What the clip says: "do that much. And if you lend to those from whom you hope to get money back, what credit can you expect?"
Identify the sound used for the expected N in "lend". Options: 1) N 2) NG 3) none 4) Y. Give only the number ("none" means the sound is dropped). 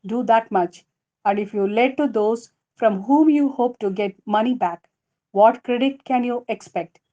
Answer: 3